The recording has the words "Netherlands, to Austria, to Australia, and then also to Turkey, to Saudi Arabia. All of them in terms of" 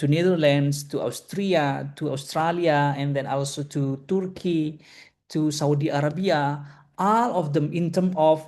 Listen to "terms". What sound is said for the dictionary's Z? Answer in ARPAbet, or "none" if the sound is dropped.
none